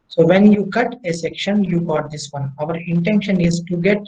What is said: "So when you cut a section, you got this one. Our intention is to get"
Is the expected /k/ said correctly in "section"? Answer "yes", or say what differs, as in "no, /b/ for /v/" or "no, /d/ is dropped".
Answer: yes